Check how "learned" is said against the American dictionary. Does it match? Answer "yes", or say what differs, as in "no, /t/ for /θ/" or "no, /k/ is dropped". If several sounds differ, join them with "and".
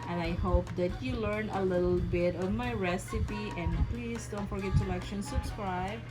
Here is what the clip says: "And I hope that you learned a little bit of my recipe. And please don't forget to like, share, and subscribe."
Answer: no, /d/ is dropped